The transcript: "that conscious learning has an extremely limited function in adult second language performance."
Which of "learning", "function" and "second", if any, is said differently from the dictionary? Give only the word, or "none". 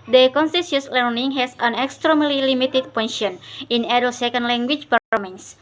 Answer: function